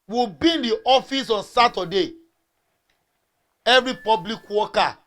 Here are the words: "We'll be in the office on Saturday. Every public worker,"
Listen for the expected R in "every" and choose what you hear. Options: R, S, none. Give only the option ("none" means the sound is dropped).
R